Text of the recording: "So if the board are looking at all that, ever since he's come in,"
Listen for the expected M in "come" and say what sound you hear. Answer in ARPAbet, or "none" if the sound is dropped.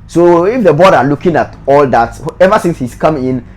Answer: M